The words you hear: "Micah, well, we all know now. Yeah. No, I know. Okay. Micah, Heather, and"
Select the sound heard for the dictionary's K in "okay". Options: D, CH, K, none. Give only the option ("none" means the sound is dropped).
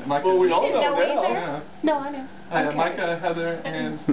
none